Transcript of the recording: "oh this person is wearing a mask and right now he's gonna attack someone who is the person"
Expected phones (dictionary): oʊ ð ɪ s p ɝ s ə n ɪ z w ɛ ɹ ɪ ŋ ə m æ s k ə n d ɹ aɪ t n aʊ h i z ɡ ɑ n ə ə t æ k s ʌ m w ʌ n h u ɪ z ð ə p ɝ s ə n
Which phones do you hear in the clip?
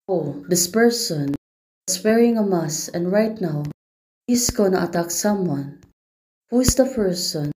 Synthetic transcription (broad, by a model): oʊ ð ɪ s p ɝ s ə n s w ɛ ɹ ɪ ŋ ə m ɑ s ə n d ɹ aɪ t n aʊ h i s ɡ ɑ n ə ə t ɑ k s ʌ m w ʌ n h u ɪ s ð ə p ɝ s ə n